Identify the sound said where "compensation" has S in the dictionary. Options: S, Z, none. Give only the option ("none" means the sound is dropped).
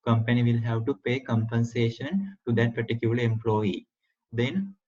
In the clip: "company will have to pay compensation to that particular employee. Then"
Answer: S